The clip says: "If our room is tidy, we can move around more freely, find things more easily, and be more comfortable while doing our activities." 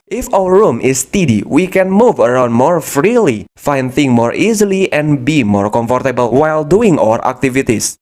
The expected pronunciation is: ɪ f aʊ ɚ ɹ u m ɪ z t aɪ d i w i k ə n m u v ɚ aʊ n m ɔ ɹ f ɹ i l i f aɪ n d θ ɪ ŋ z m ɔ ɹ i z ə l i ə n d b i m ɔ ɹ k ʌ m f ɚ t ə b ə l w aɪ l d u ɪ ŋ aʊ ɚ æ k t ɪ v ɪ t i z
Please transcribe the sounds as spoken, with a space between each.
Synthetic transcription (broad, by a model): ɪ f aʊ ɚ ɹ u m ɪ s t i d i w i k ə n m u v ɚ aʊ n m ɔ ɹ f ɹ i l i f aɪ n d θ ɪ ŋ m ɔ ɹ i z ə l i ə n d b i m ɔ ɹ k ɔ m f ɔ t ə b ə l w aɪ l d u ɪ ŋ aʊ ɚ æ k t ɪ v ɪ t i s